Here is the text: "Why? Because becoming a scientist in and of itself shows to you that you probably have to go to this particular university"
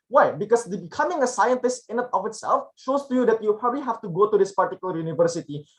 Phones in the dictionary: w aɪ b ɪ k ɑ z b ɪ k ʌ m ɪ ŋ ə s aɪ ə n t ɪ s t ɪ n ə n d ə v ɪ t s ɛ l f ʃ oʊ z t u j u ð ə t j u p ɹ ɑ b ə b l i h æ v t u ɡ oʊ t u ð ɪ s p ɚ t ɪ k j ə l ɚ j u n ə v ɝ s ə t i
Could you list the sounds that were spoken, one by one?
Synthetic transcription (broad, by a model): w aɪ b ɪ k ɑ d b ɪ k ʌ m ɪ ŋ ə s aɪ ə n t ɪ s t ɪ n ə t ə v ɪ t s ɛ l f ʃ oʊ s t u j u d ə t j u p ɹ ɑ b ə b l i h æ f t u ɡ oʊ t u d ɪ s p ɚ t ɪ k j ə l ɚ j u n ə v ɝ s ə t i